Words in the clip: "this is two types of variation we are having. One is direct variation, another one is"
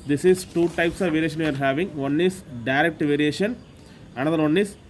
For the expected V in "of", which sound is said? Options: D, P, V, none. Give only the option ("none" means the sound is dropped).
V